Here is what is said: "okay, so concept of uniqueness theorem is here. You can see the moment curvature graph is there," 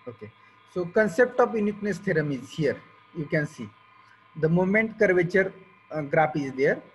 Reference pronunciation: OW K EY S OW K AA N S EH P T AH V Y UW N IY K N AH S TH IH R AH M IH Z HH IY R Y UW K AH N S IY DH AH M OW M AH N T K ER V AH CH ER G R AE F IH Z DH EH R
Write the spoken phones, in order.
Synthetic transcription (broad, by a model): OW K EY S OW K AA N S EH P T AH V Y UW N IY K N AH S T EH R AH M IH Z HH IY R Y UW K AH N S IY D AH M OW M AH N T K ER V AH CH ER G R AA P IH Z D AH R